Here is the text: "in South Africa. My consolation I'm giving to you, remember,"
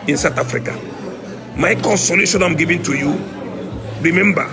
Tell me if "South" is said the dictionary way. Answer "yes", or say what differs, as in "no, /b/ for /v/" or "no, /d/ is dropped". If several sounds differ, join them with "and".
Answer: no, /t/ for /θ/